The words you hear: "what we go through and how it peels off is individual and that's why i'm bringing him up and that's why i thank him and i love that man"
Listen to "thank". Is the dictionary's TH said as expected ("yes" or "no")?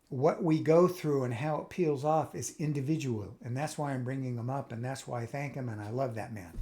yes